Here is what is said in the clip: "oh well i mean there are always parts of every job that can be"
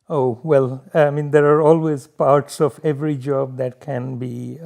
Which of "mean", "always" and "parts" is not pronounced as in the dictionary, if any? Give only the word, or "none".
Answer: none